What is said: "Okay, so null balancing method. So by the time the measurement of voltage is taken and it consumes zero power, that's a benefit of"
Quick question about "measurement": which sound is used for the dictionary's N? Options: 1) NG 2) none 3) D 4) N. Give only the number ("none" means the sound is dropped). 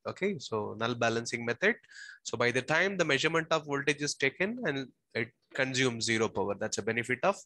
4